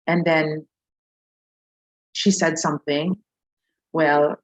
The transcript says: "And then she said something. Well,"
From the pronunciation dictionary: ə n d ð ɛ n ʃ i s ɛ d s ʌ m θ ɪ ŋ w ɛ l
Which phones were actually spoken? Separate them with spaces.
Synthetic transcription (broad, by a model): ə n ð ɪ n ʃ i s ɛ d s ʌ m θ ɪ ŋ w ɛ l